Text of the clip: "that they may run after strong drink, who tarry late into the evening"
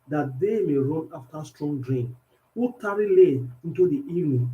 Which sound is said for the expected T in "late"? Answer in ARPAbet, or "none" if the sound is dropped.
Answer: none